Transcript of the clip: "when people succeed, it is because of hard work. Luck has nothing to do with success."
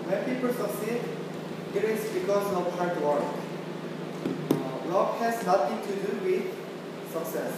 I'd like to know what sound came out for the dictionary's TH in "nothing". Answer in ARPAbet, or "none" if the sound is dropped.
T